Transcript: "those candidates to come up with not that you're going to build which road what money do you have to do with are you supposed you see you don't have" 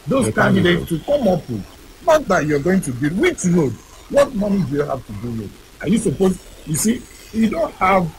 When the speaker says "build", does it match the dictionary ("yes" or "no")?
no